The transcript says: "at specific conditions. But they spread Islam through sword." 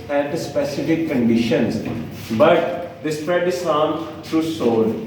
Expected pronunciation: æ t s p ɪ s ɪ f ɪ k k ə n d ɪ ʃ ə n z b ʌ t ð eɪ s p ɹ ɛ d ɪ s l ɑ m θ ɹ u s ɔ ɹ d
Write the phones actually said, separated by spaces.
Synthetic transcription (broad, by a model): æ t s p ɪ s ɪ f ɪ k k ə n d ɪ ʃ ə n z b ʌ t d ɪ s p ɹ ɛ d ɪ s ɑ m t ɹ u s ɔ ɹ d